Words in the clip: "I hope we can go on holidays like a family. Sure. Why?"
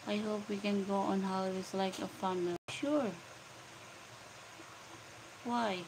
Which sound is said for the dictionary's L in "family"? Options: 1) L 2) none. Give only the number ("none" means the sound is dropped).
2